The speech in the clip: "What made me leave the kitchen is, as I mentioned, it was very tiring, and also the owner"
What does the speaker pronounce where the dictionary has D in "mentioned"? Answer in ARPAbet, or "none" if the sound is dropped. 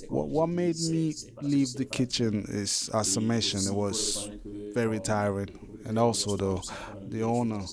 none